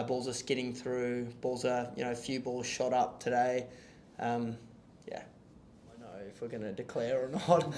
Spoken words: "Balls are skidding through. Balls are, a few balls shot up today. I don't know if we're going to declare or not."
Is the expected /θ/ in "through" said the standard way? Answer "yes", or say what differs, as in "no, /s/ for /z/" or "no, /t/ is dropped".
yes